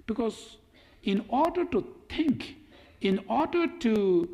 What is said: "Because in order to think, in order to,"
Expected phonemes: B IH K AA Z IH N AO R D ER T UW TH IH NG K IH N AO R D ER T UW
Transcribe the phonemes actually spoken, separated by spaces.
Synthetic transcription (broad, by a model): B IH K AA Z IH N AO R D ER T UW T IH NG K IH N AO R D ER T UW